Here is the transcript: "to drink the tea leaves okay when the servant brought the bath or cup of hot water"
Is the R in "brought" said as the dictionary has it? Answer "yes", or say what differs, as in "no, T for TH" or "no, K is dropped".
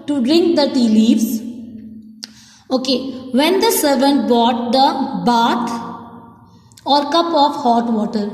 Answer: no, R is dropped